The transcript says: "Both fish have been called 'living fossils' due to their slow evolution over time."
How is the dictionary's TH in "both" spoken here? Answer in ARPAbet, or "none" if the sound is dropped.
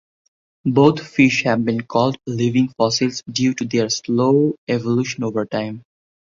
T